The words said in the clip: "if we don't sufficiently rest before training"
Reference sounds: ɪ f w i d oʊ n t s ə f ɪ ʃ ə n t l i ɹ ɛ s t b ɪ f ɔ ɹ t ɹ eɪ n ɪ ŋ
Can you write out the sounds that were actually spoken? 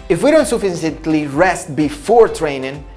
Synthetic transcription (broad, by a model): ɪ f w i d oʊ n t s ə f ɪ s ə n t l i ɹ ɛ s t b ɪ f ɔ ɹ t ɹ eɪ n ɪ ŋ